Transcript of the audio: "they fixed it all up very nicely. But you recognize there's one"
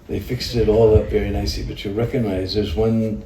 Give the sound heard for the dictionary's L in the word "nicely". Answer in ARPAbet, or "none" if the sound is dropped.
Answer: none